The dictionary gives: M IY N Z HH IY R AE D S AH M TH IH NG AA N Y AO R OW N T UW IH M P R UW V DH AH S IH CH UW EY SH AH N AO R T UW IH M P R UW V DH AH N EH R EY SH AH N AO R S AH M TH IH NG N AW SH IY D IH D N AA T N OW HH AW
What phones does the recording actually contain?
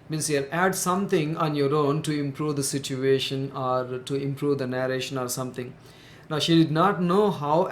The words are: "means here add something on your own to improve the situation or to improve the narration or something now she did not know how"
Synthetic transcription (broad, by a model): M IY N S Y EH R AE D S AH M T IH NG AA N Y AO R OW N T UW IH M P R UW V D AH S IH CH UW EY SH AH N AO R T UW IH M P R UW V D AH N EH R EY SH AH N AO R S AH M T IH NG N AW SH IY D IH D N AA T N OW HH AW